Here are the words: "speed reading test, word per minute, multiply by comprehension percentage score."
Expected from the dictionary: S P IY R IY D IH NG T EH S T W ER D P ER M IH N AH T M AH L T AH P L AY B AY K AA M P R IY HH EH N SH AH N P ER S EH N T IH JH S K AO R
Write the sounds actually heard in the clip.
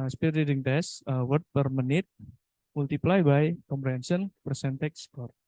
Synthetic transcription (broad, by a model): S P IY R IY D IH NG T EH S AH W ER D P ER M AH N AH T M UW L T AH P L AY B AY K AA M P R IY HH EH N S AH N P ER S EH N T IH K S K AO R